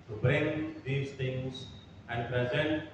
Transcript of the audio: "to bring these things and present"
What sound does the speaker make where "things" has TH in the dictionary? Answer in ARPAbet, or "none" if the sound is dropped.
T